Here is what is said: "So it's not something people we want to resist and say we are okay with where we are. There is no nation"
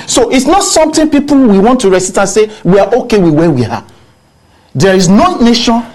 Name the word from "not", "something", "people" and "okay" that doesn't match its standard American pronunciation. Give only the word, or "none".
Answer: something